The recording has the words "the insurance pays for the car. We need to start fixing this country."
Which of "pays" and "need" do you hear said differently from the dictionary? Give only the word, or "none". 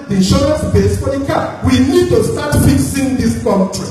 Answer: pays